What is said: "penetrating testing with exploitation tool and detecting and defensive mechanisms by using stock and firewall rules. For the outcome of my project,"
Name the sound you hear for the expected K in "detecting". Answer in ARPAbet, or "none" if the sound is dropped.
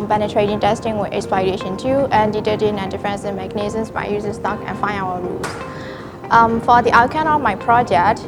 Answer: none